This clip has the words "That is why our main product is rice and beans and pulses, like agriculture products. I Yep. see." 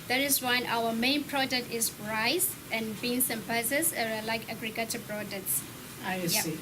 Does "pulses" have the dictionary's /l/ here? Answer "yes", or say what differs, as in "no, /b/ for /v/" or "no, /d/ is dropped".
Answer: no, /l/ is dropped